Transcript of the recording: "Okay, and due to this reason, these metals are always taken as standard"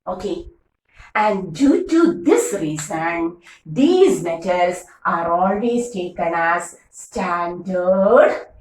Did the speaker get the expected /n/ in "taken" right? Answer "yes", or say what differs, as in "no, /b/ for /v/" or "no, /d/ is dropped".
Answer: yes